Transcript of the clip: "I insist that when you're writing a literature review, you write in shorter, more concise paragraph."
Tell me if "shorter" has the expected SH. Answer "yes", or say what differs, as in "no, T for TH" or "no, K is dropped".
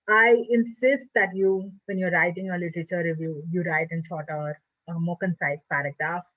no, S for SH